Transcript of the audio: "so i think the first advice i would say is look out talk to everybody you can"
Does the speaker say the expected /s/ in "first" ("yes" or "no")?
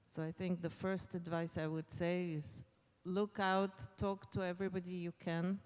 yes